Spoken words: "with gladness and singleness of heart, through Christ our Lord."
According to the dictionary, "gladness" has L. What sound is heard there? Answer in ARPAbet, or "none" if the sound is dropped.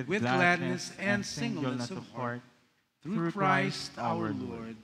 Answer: L